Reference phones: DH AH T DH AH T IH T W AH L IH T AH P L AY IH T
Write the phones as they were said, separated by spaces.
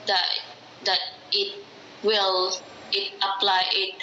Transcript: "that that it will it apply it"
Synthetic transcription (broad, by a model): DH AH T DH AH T IH T W AH L IH T AH P L AY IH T